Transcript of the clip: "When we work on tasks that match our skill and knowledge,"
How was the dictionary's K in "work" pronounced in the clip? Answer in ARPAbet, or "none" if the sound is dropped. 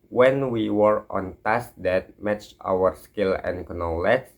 none